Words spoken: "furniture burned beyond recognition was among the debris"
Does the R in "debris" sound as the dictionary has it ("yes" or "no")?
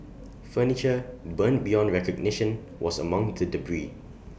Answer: yes